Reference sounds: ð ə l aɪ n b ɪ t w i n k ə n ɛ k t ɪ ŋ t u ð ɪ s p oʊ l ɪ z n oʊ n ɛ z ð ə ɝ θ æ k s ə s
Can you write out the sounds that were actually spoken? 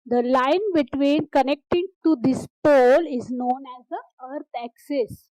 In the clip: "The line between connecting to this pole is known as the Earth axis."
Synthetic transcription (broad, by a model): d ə l aɪ n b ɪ t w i n k ə n ɛ k t ɪ ŋ t u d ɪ s p oʊ l ɪ z n oʊ n ɛ z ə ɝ t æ k s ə s